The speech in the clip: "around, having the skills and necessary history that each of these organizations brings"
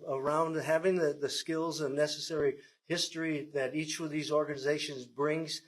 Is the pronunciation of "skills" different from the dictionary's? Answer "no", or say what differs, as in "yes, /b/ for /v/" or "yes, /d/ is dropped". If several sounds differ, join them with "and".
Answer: no